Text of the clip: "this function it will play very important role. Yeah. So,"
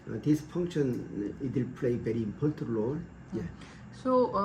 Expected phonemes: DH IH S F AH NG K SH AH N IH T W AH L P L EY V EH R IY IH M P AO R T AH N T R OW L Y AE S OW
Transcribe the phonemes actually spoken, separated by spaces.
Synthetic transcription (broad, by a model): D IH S F AH NG K SH AH N IH T W AH L P L EY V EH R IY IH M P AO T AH T L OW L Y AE S OW